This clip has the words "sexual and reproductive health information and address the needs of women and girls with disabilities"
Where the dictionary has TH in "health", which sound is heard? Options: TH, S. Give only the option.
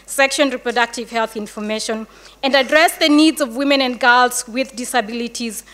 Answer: TH